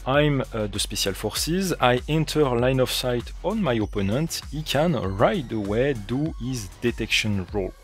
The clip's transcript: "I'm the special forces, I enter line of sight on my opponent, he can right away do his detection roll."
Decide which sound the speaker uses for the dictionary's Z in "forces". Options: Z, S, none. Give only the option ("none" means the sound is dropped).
Z